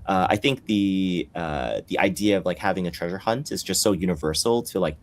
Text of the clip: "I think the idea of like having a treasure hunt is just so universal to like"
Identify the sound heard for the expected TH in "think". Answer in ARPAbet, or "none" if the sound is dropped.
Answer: TH